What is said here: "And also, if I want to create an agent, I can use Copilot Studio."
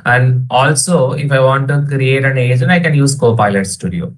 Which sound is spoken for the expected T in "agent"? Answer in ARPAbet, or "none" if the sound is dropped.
none